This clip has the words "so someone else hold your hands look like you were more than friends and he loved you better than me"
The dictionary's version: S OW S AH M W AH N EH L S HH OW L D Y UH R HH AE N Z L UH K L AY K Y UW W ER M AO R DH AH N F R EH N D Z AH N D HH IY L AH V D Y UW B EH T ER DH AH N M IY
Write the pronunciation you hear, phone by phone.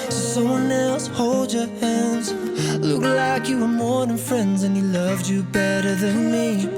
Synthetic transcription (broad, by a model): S OW S AH M W AH N EH L S HH OW L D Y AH R HH AE N Z L UH K L AY K Y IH W ER M AO R DH AH N F R EH N D Z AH N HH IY L AH V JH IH B EH T ER DH AH N M IY